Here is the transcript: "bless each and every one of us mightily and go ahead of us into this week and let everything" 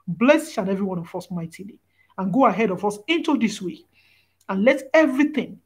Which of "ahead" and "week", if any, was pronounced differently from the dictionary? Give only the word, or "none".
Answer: week